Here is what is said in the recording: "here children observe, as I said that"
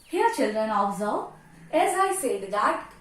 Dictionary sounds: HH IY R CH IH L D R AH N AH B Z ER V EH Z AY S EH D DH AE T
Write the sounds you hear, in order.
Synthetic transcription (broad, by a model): HH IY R CH IH L D R AH N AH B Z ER EH Z AY S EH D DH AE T